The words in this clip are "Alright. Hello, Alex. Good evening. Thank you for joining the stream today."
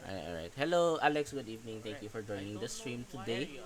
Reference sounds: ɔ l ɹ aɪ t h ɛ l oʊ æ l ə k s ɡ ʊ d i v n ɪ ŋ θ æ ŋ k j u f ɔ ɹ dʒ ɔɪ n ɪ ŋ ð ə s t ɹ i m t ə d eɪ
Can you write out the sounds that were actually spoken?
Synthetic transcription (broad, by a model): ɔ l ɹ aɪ t h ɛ l oʊ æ l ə k s ɡ ʊ d i v n ɪ ŋ t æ ŋ k j u f ɔ ɹ dʒ ɔɪ n ɪ ŋ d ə s t ɹ i m t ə d eɪ